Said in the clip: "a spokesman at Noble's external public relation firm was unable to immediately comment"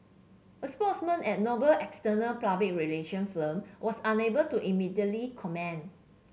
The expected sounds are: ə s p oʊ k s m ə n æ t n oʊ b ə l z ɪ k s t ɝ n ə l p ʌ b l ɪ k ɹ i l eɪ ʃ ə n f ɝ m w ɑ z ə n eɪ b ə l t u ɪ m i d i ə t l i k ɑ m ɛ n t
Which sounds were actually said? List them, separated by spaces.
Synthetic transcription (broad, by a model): ə s p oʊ s m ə n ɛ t n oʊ b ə l ɪ k s t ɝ n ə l p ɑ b ɪ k ɹ i l eɪ ʃ ə n f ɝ m w ɑ s ə n eɪ b ə l t u ɪ m i d i ə t l i k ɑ m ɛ n